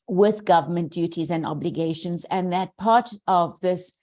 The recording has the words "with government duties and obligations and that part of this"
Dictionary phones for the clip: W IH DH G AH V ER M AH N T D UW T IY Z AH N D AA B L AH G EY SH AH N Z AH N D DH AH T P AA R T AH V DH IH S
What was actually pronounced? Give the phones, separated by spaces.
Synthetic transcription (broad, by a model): W IH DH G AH V ER M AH N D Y UW T IY Z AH N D AA B L AH G EY SH AH N Z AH N DH AH T P AA R T AH V DH IH S